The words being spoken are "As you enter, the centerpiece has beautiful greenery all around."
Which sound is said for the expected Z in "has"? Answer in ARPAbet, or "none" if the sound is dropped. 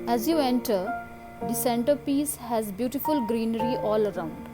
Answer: Z